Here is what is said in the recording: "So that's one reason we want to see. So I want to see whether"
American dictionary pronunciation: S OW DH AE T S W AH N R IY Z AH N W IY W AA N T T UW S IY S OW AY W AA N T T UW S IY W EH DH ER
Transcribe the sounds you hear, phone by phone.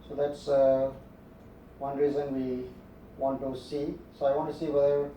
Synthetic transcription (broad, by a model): S OW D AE T S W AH N R IY Z AH N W IY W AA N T T UW S IY S OW AY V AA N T T UW S IY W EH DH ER